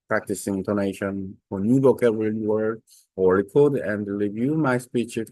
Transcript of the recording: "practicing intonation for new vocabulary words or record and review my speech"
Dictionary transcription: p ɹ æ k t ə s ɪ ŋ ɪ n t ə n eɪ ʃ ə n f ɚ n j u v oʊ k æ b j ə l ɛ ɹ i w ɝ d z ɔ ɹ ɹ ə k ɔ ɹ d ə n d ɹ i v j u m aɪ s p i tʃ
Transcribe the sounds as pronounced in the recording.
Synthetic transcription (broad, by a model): p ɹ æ k t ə s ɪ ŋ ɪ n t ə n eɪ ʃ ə n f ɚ n j u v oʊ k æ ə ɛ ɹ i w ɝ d ɔ l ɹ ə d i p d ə n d ɹ i v j u m aɪ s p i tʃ